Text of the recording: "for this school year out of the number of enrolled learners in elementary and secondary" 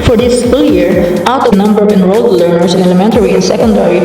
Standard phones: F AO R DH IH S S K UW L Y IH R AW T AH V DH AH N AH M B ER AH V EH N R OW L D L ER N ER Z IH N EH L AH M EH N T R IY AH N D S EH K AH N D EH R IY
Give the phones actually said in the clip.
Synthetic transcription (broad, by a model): F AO R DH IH S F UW L Y IH R AW T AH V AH N AH M B ER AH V EH N R OW L D L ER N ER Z IH N EH L AH M EH N T R IY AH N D S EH K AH N D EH R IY